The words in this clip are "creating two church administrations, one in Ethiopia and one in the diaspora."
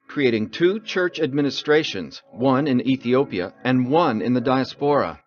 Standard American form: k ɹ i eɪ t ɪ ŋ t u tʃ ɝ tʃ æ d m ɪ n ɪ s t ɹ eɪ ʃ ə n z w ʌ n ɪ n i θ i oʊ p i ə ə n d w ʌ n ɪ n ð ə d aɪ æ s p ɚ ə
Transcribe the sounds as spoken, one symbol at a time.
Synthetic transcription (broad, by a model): k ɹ i eɪ t ɪ ŋ t u tʃ ɝ tʃ æ d m ɪ n ɪ s t ɹ eɪ ʃ ə n z w ʌ n ɪ n i θ i oʊ p i ə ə n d w ʌ n ɪ n ð ə d aɪ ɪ s p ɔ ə